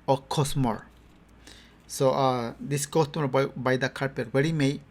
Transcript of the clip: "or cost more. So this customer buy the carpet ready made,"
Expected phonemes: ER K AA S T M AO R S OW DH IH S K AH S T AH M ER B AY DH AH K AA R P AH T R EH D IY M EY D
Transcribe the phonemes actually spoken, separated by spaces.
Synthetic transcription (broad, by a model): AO K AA S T M AO R S OW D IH S K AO S T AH M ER B AY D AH K AA R P AH T W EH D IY M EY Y